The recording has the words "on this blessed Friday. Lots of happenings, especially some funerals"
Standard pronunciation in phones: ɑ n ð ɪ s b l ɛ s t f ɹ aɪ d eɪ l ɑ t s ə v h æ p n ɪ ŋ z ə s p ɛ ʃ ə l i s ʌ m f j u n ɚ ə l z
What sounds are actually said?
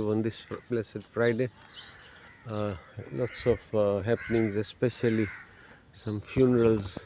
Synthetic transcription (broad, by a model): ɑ n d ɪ s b l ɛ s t f ɹ aɪ d eɪ l ɑ t s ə f h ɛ p n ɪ ŋ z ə s p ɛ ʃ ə l i s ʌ m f j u n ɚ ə l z